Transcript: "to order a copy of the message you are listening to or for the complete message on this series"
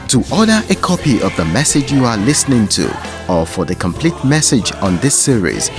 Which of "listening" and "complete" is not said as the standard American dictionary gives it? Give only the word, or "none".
none